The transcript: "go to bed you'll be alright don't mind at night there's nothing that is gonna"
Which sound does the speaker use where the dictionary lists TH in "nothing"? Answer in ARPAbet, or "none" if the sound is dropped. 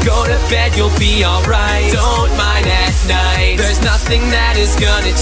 TH